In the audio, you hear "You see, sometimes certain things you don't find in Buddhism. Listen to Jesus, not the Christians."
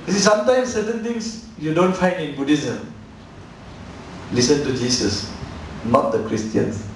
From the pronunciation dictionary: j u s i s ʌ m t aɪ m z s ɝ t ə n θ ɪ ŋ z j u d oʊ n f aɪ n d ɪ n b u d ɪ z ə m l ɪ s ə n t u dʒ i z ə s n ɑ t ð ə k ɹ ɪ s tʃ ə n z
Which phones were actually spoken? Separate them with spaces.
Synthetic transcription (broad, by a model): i s i s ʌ m t aɪ m s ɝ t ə n t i ŋ s j u d oʊ n f aɪ n d ɪ n b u d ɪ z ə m l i s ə n t u dʒ i s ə s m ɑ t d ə k ɹ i s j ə n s